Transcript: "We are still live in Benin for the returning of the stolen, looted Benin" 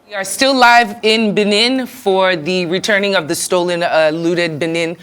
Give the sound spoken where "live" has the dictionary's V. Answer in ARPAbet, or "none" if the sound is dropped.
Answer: V